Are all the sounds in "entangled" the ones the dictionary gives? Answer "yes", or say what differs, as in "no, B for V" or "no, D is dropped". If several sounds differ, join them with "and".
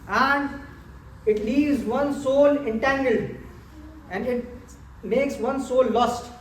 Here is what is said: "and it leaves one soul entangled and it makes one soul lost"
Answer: no, D is dropped